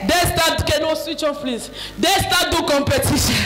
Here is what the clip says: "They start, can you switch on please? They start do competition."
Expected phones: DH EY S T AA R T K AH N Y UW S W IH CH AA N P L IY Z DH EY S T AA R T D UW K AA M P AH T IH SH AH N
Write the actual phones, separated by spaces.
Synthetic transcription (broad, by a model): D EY S T AA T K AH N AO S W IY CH AA N F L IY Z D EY S T AA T D UW K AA M P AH T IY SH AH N